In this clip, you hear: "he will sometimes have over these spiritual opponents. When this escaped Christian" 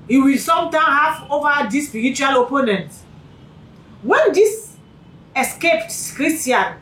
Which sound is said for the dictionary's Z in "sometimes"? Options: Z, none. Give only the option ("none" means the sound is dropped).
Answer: none